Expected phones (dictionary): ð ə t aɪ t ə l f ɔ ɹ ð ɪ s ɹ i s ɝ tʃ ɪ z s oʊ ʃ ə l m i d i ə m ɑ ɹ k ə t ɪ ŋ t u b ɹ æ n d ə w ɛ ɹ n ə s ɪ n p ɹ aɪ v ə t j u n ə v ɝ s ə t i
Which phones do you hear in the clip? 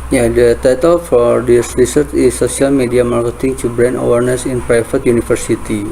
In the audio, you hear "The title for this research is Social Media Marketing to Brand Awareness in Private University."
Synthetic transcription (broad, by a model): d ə t aɪ t ə l f ɔ ɹ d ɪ s ɹ i s ɝ tʃ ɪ s oʊ s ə l m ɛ d i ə m ɑ ɹ k ə t ɪ ŋ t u b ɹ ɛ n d ə w ɛ ɹ n ə s ɪ n p ɹ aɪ f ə t j u n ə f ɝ s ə t i